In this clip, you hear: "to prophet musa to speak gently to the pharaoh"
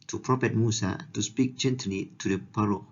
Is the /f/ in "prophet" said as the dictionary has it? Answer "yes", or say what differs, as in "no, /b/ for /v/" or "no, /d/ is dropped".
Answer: no, /p/ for /f/